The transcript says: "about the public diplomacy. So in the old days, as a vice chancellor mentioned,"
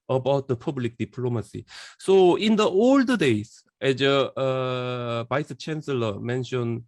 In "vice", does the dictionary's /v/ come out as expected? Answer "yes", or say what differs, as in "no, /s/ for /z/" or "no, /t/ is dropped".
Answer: no, /b/ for /v/